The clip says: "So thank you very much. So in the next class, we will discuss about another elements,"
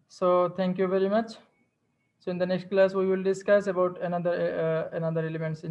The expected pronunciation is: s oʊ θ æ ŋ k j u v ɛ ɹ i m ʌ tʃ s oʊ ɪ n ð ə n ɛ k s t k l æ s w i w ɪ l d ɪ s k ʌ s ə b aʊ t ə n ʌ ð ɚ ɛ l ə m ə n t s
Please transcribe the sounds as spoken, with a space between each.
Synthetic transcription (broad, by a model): s oʊ t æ ŋ k j u v ɛ ɹ i m ʌ tʃ s oʊ ɪ n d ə n ɛ k s t k l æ s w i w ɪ l d ɪ s k ʌ s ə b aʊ t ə n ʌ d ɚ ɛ l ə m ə n t s